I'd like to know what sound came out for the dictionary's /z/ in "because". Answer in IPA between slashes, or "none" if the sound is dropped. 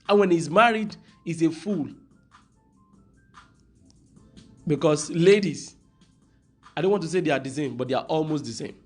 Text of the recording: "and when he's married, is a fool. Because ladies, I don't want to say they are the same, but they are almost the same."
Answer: /s/